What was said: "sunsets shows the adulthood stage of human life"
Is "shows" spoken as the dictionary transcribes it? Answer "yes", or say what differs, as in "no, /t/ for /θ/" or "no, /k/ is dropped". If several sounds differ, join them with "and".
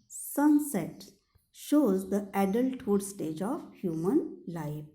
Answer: yes